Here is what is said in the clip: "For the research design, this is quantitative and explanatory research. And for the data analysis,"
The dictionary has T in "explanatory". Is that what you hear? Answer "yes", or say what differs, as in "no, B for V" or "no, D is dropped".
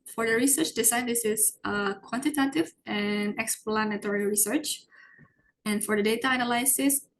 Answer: yes